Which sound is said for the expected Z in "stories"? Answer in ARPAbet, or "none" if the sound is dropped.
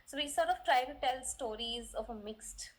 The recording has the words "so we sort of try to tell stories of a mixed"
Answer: Z